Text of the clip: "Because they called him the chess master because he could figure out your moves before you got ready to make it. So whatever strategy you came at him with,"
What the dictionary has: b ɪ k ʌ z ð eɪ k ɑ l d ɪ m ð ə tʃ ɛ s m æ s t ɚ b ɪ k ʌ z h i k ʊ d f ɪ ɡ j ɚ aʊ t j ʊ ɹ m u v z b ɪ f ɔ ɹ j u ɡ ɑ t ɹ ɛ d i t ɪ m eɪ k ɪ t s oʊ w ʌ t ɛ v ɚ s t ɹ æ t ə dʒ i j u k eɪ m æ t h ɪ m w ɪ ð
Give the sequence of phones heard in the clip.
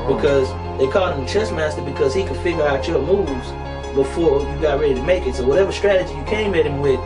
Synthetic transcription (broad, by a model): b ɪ k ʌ z ð eɪ k ɑ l ɪ m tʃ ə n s m æ s t ɚ b ɪ k ʌ z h i k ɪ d f ɪ ɡ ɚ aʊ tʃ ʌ m u v z b ɪ f ɔ ɹ j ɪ ɡ ɑ t ɹ ɛ d i t ɪ m eɪ k ɪ t s oʊ w ʌ t ɛ v ɚ s t ɹ æ t ə dʒ i j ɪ k eɪ m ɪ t h ɪ m w ɪ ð